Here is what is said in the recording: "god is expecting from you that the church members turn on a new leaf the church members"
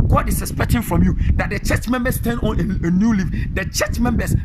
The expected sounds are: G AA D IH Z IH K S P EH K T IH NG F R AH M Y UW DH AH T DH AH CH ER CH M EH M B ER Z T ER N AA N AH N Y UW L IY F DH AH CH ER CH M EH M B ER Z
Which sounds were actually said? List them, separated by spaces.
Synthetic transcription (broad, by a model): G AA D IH S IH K S P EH K T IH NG F R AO M Y UW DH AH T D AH CH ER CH M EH M B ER S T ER N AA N AH N Y UW L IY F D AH CH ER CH M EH M B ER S